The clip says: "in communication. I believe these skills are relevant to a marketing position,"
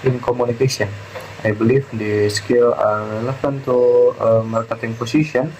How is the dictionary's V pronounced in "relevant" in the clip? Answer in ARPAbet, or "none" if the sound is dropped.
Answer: F